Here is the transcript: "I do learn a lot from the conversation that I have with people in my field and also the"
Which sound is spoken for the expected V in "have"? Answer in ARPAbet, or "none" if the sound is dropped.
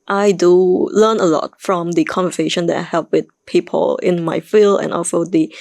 P